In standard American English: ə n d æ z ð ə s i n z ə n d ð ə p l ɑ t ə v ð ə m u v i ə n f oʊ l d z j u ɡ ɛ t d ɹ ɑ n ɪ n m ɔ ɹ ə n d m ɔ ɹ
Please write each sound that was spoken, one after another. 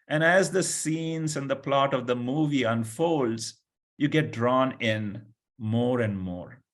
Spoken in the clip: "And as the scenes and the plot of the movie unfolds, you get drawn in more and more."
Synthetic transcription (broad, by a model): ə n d æ z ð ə s i n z ə n d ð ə p l ɑ t ə v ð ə m u v i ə n f oʊ l d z j u ɡ ɛ t d ɹ ɑ n ɪ n m ɔ ɹ ə n d m ɔ ɹ